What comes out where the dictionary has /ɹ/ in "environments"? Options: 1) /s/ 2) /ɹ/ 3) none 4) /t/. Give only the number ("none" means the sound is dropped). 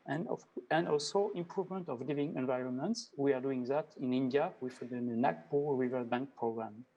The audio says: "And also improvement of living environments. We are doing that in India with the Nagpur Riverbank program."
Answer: 2